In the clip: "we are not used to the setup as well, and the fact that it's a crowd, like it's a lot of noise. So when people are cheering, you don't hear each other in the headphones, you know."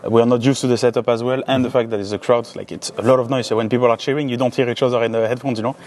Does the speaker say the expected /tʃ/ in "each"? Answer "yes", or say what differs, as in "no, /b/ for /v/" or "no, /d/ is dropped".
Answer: no, /ʃ/ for /tʃ/